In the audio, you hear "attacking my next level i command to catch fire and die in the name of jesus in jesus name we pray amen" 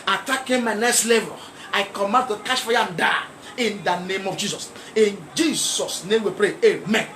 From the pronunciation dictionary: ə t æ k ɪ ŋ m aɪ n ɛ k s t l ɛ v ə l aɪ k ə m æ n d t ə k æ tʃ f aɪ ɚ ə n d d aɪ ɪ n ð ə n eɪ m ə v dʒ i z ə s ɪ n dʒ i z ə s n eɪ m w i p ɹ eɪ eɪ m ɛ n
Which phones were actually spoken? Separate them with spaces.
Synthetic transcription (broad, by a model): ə t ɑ k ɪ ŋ m aɪ n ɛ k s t l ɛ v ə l aɪ k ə m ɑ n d t ə k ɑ ʃ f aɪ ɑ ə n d d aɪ ɪ n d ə n eɪ m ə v dʒ i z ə s ɪ n dʒ i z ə s n eɪ m w i p ɹ eɪ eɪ m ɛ n